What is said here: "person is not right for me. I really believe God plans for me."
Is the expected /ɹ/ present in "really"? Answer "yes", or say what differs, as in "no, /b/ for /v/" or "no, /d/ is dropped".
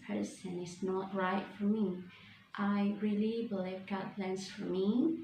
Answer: yes